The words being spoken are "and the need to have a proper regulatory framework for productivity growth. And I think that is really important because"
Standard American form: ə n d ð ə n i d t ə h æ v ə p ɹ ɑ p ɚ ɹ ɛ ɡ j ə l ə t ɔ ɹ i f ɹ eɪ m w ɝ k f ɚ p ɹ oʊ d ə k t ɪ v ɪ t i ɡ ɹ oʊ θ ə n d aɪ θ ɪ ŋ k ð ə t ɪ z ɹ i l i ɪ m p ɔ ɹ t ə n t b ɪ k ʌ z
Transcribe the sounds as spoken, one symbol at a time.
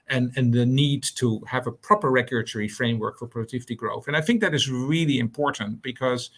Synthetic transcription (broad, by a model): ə n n ð ə n i d t ə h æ v ə p ɹ ɑ p ɚ ɹ ɛ ɡ j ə l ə t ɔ ɹ i f ɹ eɪ m w ɝ k f ɚ p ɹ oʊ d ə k t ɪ v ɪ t i ɡ ɹ oʊ θ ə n aɪ θ ɪ ŋ k ð ə t ɪ z ɹ i l i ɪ m p ɔ ɹ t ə n t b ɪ k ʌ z